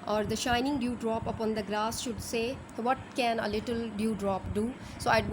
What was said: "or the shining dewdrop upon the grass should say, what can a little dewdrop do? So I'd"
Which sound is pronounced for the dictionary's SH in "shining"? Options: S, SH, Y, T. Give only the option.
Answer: SH